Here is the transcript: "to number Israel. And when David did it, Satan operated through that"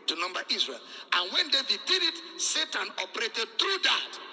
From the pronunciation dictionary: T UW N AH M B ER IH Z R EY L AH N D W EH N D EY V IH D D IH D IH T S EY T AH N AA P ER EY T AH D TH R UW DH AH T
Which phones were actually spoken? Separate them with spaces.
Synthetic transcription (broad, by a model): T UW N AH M B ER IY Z R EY L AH N W EH N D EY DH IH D D IH D IH T S EY T AH N AA P ER EY T AH D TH R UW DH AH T